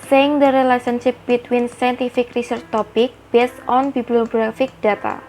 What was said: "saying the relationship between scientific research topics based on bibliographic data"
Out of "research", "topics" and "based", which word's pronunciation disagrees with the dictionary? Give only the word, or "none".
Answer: topics